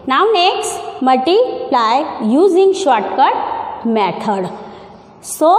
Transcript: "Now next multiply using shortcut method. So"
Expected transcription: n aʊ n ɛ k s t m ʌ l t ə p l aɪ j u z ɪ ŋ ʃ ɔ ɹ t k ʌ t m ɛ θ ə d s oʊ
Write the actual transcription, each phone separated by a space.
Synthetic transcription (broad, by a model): n aʊ n ɛ k s t m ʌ t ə l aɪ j u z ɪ ŋ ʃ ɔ t k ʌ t m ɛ t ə d s oʊ